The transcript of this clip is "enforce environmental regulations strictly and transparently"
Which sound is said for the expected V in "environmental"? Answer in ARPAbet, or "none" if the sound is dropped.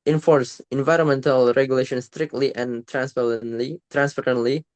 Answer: V